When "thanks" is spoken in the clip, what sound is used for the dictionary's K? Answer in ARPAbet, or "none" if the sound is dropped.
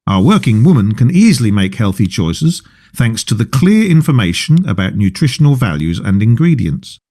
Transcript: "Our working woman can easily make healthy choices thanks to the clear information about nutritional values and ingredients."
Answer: K